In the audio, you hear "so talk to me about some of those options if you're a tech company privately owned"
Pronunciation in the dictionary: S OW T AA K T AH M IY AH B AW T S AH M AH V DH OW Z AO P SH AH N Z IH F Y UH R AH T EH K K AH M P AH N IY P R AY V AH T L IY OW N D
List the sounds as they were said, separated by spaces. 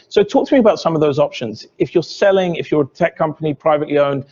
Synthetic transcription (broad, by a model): S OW T AA K T AH M IY AH B AW T S AH M AH V DH OW Z AO P SH AH N Z IH F Y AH R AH T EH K K AH M P AH N IY P R AY V AH T L IY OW N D